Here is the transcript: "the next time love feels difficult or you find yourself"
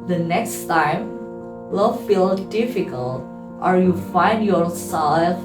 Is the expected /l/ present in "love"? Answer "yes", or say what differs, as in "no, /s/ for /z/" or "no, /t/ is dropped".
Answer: no, /w/ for /l/